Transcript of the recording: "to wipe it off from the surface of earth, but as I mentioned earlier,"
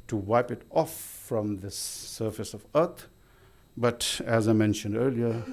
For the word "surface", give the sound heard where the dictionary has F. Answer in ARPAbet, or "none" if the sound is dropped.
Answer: F